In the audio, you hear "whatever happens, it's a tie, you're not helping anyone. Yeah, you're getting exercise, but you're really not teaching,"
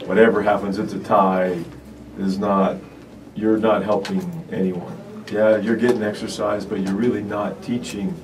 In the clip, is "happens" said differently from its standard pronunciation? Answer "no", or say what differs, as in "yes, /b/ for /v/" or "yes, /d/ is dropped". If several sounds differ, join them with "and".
no